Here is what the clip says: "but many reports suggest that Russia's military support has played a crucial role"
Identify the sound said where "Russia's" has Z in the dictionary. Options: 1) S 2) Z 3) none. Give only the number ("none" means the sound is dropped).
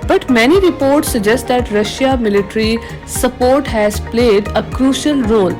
3